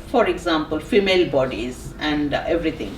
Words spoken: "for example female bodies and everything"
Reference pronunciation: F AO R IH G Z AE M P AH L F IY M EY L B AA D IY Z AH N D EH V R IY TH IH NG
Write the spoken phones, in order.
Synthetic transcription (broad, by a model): F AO R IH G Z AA M P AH L F IY M EY L B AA D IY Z AH N D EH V R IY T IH NG